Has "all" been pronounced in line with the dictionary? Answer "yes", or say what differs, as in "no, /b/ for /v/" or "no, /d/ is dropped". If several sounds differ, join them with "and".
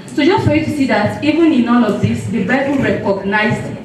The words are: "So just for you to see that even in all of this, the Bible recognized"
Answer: no, /n/ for /l/